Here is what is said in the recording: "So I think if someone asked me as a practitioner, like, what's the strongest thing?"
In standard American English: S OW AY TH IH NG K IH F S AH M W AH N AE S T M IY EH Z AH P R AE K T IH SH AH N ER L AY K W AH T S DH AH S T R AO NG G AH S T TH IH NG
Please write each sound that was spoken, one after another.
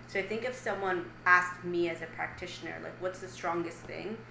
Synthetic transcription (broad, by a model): S OW AY TH IH NG K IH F S AH M W AH N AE S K M IY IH Z AH P R AE K T IH SH AH N ER L AY K W AH T S DH AH S T R AO NG G AH S T TH IH NG